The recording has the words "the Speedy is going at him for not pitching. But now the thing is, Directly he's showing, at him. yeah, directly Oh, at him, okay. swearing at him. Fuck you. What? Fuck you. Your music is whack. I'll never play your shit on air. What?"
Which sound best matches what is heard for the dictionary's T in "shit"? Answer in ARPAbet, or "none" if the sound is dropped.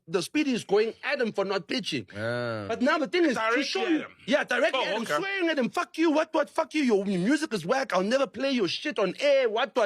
T